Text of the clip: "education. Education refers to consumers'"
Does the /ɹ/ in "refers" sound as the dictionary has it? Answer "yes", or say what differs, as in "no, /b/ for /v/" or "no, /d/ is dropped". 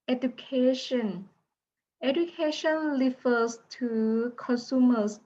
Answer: no, /l/ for /ɹ/